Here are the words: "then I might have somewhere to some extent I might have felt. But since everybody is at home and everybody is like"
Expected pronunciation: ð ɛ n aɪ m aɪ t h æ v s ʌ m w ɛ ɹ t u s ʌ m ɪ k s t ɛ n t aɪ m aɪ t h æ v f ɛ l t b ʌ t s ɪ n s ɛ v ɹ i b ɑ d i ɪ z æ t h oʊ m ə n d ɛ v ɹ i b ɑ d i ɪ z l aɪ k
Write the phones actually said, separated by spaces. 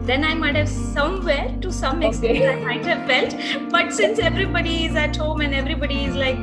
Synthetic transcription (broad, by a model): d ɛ n aɪ m aɪ t h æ v s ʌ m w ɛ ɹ t u s ʌ m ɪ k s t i t aɪ m aɪ t h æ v f ɛ l t b ʌ t s ɪ n s ɛ v ɹ i b ɑ d i ɪ z æ t h oʊ m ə n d ɛ v ɹ i b ɑ d i ɪ z l aɪ k